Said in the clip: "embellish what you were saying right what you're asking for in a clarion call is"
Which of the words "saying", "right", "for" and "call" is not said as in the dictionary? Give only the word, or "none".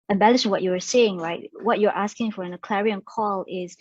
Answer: none